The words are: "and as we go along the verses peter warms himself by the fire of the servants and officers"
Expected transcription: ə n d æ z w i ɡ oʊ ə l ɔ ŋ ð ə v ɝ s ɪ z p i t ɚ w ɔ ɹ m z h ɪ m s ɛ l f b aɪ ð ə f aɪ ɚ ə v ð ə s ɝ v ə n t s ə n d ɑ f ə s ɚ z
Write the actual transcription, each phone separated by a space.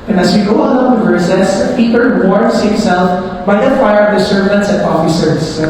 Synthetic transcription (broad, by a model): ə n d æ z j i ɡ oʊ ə ɔ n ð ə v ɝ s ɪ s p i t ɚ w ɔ ɹ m s h ɪ m s ɛ l f b aɪ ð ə f aɪ ɚ ə v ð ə s ɝ v ə n t s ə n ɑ f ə s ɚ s